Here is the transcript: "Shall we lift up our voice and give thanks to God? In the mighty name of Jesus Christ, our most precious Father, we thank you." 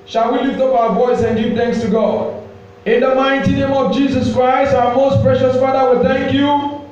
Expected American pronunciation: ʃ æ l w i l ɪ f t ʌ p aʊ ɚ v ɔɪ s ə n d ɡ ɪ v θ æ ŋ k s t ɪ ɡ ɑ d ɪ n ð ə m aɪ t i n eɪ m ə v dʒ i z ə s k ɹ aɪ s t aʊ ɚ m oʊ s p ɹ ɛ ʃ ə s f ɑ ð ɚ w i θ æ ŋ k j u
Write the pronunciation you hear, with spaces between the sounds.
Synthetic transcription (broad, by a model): ʃ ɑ l w i l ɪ f t ʌ p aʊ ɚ v ɔɪ s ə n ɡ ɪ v θ æ ŋ k s t ɪ ɡ ɑ d ɪ n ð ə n aɪ t i n eɪ m ə v dʒ i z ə s k ɹ aɪ s t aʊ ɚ m oʊ s p ɹ ɛ ʃ ə s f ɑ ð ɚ w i θ æ ŋ k j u